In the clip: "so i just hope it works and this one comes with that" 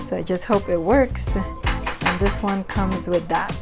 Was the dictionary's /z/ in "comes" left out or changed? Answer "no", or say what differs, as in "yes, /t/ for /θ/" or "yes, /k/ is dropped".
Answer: no